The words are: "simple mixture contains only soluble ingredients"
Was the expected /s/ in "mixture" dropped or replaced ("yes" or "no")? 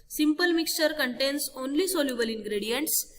no